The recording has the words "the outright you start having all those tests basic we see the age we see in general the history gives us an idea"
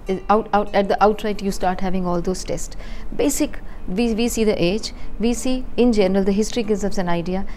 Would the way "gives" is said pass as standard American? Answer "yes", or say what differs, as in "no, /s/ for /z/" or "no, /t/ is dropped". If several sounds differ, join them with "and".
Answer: no, /v/ is dropped